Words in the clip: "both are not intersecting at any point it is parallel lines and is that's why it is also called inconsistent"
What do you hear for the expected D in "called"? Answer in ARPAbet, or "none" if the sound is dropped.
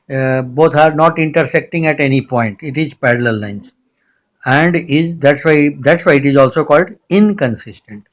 D